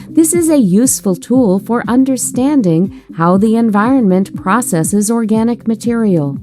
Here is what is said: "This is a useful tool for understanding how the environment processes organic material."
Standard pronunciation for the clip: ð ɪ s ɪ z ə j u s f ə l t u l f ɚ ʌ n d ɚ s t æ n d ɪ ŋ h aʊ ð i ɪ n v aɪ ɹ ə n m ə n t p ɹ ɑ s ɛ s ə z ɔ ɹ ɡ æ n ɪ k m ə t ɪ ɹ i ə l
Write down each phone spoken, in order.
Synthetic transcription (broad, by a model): ð ɪ s ɪ z ə j u s f ə l t u l f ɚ ʌ n d ɚ s t æ n d ɪ ŋ h aʊ ð i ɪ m v aɪ ɹ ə n m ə n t p ɹ ɑ s ɛ s ə z ɔ ɹ ɡ æ n ɪ k m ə t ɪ ɹ i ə l